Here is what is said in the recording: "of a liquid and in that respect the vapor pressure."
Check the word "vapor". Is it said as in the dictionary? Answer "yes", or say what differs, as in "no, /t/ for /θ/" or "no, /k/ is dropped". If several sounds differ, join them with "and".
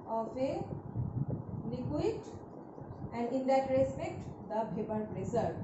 no, /b/ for /v/